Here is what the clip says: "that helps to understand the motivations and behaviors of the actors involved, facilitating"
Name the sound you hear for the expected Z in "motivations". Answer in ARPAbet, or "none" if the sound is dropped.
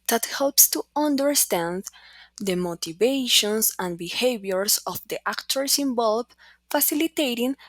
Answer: S